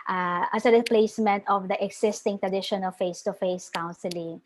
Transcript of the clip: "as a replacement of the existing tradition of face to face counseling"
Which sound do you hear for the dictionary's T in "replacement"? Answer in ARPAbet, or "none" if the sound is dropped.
T